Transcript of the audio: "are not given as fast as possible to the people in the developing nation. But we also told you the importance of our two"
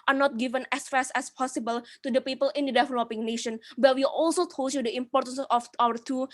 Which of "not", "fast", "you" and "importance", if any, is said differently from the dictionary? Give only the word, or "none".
fast